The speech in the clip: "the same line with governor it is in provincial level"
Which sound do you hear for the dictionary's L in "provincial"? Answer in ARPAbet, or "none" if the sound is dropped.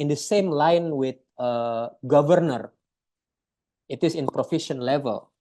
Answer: N